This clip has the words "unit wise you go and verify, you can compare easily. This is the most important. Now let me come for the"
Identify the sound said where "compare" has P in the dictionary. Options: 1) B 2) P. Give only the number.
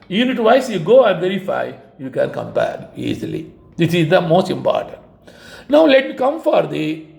1